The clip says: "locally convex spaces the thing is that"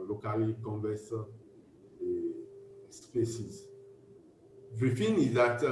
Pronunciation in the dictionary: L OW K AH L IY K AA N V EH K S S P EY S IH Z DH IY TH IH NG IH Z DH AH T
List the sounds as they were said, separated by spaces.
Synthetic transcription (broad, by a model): L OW K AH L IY K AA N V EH S S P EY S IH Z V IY F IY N IH Z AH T